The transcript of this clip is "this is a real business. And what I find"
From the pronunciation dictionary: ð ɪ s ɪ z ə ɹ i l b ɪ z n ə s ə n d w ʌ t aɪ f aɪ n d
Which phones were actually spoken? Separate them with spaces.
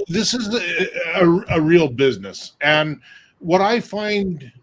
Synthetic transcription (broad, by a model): ð ɪ s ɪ z ə ɹ i l b ɪ z n ə s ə n w ʌ t aɪ f aɪ n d